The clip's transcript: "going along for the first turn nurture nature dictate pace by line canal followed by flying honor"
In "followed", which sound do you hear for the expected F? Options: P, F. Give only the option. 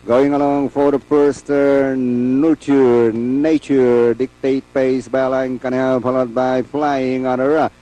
P